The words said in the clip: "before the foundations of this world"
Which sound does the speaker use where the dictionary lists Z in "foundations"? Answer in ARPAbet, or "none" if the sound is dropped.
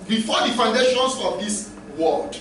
S